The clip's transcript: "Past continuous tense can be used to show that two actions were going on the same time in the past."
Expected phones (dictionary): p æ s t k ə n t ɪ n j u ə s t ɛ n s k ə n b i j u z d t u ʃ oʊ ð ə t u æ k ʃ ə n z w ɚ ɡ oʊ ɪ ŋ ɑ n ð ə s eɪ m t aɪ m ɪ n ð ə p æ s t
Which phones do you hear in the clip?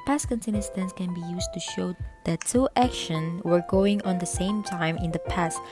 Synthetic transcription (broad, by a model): p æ s k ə n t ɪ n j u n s t ɛ n s k ə n b i j u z t u ʃ oʊ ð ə t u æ k ʃ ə n w ɚ ɡ oʊ ɪ ŋ ɑ n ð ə s eɪ m t aɪ m ɪ n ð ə p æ s t